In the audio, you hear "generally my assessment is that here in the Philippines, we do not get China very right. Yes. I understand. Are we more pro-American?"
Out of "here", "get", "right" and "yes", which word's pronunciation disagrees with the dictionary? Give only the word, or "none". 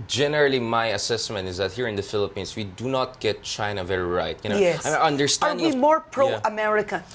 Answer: yes